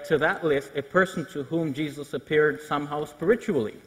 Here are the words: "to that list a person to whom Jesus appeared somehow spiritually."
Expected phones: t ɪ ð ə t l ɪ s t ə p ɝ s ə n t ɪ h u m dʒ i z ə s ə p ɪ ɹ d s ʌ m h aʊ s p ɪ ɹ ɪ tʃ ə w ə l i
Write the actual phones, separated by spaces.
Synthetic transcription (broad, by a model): t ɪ ð ə t l ɪ s t ə p ɝ s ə n t ɪ h u m dʒ i z ə s ə p ɪ ɹ d s ʌ m h aʊ s p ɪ ɹ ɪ tʃ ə l i